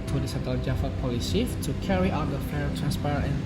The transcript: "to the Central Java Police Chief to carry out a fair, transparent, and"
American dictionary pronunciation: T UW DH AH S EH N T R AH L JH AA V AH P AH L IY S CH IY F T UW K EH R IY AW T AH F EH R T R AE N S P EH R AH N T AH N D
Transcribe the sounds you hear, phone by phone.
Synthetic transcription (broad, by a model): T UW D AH S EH T AH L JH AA F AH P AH L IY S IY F T UW K EH R IY AW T AH F EH R T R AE N S P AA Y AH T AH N